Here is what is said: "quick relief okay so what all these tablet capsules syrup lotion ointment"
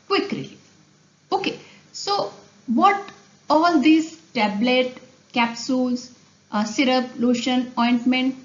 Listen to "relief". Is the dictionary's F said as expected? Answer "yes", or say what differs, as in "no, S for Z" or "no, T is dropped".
no, F is dropped